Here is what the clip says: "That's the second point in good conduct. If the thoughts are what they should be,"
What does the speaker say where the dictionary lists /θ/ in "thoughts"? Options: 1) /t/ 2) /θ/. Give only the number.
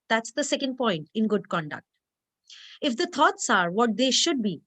1